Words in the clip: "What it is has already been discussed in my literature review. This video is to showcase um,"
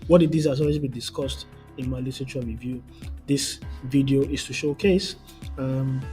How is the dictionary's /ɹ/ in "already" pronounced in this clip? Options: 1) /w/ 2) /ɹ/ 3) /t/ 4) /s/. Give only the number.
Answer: 1